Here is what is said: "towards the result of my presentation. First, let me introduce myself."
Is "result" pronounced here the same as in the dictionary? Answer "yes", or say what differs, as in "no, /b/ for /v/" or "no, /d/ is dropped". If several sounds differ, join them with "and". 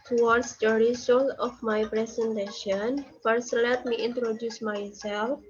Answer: no, /s/ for /z/ and /t/ is dropped